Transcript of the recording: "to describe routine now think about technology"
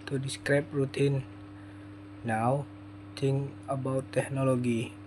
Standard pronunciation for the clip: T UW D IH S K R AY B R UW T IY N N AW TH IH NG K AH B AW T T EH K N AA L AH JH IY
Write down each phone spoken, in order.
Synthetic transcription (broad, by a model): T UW D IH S K R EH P R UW T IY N N AW T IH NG AH B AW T T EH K N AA L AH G IY